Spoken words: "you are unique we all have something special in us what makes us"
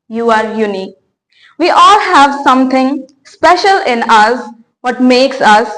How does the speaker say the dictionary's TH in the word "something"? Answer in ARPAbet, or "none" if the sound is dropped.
T